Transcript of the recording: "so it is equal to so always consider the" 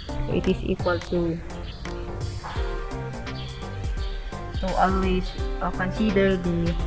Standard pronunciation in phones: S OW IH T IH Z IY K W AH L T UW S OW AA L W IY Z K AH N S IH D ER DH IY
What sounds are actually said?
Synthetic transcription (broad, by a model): IH T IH S IY K W AH L T UW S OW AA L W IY S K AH N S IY D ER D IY